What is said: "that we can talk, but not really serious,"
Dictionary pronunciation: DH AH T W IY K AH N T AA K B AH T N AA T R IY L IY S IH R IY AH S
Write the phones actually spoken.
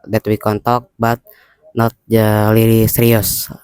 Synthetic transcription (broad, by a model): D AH T W IY K AH N T AA K B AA T N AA T L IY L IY S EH R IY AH S